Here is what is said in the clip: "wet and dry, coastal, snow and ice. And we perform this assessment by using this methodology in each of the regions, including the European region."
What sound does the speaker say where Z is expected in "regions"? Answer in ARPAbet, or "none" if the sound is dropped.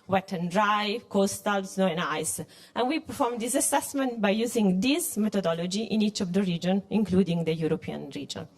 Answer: none